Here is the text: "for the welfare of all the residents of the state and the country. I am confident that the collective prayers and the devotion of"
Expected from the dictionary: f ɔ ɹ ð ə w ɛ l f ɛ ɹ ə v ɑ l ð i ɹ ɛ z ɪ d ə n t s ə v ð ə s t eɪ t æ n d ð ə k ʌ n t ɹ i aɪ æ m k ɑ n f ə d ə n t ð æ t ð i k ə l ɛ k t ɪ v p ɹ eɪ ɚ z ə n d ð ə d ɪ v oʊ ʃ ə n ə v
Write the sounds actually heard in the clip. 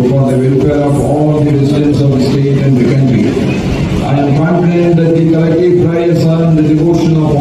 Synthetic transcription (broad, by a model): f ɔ ɹ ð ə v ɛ l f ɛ ɹ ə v ɑ l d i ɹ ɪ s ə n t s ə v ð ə s t eɪ t æ n d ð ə k ʌ n t ɹ i aɪ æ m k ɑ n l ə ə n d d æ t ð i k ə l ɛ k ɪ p ɹ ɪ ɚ s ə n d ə d ɪ v oʊ ʃ ə n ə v